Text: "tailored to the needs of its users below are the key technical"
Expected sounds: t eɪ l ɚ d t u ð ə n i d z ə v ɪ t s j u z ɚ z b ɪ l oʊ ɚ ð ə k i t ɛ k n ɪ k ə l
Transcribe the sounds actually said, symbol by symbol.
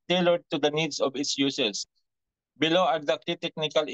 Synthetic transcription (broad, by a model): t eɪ l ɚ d t u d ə n i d s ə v ɪ t s j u s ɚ s b ɪ l oʊ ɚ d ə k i t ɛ k n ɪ k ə l